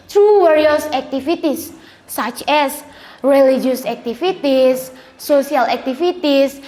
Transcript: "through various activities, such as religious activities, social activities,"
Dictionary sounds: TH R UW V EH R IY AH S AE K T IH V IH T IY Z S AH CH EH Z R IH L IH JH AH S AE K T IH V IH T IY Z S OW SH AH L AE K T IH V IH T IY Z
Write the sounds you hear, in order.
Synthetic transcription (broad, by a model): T R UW W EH R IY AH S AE K T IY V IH T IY S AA CH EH S R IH L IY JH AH S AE K T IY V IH T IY S OW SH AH L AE K T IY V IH T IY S